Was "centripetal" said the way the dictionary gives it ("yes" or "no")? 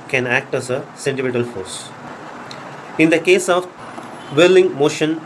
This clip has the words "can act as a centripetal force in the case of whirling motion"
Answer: no